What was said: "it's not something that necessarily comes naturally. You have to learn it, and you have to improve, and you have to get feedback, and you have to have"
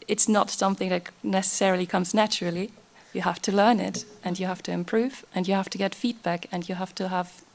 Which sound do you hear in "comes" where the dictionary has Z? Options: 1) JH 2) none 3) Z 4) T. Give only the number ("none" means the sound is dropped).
3